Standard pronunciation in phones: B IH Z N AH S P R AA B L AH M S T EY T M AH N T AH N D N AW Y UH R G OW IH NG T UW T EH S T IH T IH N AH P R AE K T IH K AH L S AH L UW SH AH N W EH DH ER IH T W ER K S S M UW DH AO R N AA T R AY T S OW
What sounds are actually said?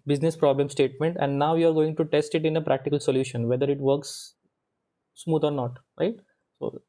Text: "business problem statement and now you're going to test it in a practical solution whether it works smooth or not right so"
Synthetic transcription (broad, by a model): B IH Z N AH S P R AA B L AH M S T EY T M AH N T AH N D N AW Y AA R G OW IH NG T UW T EH S T IH T IH N AH P R AE K T IH K AH L S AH L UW SH AH N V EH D ER IH T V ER K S S M UW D AO R N AA T R AY T S OW